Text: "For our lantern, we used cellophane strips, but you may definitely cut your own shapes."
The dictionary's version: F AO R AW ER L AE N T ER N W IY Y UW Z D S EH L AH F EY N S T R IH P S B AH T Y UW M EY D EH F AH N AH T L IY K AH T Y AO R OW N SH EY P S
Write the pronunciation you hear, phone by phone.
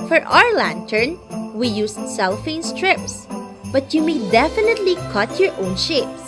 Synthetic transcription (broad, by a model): F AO R AW ER L AE N T ER N W IY Y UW S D S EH L F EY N S T R IH P S B AH T Y UW M EY D EH F AH N AH T L IY K AH T Y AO R OW N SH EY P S